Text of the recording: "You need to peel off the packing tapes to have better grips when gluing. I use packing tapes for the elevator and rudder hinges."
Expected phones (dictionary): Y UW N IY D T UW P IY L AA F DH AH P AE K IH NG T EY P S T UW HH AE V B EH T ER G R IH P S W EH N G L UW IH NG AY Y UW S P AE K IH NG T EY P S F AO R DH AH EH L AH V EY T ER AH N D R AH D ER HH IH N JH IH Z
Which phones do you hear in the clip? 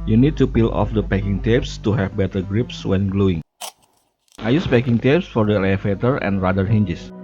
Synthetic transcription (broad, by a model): Y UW N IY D T UW P IY L AA F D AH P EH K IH NG T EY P S T UW HH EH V B EH T ER G R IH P S W EH N G L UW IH NG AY Y UW S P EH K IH NG T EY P S F AO R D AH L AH F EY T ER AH N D R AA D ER HH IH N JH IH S